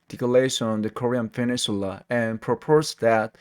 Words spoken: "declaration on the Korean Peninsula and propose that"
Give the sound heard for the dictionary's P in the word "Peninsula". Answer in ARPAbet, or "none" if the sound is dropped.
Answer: F